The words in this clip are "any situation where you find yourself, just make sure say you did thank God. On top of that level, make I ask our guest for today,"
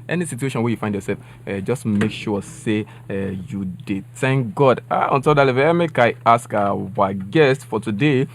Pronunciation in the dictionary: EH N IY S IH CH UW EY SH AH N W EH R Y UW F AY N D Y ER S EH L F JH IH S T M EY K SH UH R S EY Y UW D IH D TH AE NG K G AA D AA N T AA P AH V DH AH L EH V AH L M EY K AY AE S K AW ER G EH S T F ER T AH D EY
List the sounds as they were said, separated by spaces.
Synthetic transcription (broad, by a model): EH N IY S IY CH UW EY SH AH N W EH Y UW F AY N D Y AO S EH L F JH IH S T M EY K SH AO S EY Y UW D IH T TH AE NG K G AA D AA N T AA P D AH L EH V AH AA M EY K AY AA S K AW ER G EH S T F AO T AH D EY